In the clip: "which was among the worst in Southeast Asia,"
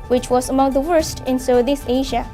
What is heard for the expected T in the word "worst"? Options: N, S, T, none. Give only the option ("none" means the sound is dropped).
T